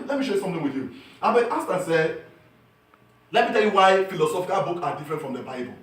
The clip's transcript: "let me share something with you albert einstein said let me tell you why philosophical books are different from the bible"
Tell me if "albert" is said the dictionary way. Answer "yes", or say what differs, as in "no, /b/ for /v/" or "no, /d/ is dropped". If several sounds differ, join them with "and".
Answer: no, /l/ is dropped